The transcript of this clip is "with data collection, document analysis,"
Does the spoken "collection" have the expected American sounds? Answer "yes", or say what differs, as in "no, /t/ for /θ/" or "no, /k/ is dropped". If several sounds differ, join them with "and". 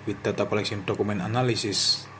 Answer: no, /s/ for /ʃ/